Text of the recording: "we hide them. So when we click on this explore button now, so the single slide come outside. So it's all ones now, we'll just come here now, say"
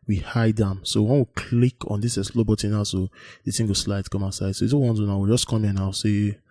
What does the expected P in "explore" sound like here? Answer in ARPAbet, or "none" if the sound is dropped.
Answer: none